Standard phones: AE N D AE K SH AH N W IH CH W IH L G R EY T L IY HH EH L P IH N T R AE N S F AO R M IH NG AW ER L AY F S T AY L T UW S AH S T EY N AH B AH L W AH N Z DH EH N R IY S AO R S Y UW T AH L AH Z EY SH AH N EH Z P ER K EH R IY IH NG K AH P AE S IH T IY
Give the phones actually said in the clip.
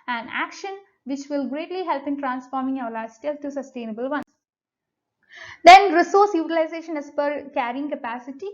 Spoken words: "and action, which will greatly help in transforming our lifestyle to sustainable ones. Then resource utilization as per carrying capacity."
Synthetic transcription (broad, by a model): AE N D AE K SH AH N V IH CH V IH L G R EY T L IY HH EH L P IH N T R AE N S F AO R M IH NG AW ER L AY S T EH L T UW S AH S T EY N AH B AH L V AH N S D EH N R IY S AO R S Y UW T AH L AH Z EY SH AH N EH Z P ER K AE R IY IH NG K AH P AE S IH T IY